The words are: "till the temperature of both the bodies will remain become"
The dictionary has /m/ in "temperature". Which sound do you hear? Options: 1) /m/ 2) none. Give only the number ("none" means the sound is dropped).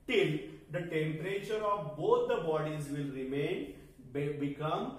1